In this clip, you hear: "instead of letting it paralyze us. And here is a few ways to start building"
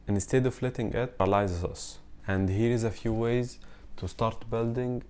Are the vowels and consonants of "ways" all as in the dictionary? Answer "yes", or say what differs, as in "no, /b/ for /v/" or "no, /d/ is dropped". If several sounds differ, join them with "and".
yes